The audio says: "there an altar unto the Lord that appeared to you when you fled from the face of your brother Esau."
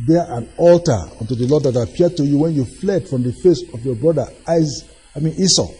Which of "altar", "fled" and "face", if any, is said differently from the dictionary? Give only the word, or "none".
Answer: none